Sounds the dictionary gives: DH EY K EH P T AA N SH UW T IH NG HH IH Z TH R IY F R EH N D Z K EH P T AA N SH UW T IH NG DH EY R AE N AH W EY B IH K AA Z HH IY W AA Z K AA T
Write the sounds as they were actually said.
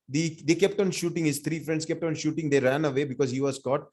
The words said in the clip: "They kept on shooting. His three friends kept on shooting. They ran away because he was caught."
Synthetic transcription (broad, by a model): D EY K EH P T AA N SH UW T IH NG HH IH Z T R IY F R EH N D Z K EH P T AA N SH UW T IH NG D EY R AE N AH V EY B IH K AA Z HH IY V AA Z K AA T